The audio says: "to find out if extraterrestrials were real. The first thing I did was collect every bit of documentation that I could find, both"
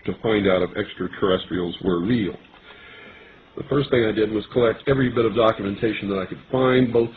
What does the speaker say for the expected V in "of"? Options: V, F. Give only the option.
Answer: V